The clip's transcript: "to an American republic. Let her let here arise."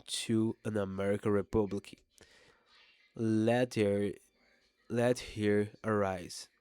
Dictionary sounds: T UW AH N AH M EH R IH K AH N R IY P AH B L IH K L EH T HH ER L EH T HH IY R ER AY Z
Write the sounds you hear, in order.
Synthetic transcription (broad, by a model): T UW AH N AH M EH R IH K AH N R IY P AH B L IH K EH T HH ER L EH T HH IY R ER AY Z